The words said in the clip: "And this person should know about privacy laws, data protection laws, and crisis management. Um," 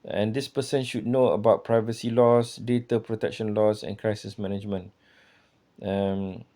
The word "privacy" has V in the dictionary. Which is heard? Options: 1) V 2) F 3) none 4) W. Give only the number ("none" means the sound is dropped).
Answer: 1